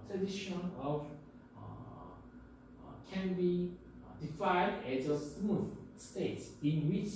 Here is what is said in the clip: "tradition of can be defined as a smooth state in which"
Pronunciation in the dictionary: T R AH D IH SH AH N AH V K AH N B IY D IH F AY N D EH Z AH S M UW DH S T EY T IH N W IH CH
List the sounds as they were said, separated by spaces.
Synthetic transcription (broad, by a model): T R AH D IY SH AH N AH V K AH N B IY D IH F AY D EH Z AH S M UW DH S T EY T IH N W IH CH